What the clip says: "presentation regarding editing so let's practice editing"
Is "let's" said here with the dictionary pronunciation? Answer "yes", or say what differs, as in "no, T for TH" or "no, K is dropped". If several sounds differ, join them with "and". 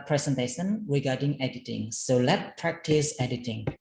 no, S is dropped